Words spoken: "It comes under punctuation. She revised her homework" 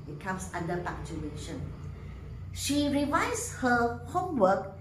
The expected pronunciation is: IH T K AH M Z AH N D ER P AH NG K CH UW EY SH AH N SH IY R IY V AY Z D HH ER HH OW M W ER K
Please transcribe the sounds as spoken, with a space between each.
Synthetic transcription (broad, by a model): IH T K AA M S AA N D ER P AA K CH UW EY SH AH N SH IY R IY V AY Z HH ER HH OW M W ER K